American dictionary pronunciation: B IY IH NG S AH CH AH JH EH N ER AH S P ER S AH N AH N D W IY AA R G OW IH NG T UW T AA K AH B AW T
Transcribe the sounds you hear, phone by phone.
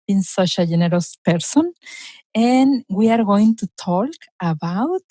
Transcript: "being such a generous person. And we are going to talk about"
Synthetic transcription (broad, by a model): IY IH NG S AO SH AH JH EH N ER AH S P ER S AH N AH N W IY AA R G OW IH NG T UW T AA K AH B AW T